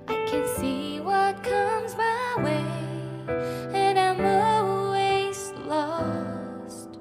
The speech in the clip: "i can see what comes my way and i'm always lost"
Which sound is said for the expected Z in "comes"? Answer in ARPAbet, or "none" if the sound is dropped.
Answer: Z